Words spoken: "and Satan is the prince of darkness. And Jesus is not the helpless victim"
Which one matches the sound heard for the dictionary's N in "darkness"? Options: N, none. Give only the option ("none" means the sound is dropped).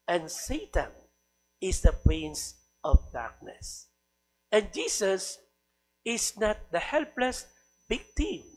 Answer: N